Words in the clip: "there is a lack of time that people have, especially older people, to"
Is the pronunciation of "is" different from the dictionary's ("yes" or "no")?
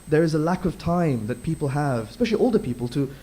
no